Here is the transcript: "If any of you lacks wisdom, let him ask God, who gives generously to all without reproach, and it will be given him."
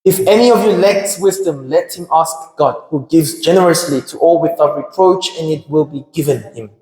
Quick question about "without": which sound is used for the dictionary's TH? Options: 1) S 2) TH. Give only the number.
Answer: 2